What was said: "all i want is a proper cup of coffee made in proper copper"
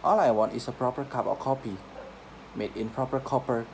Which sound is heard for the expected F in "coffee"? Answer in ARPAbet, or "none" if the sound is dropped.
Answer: P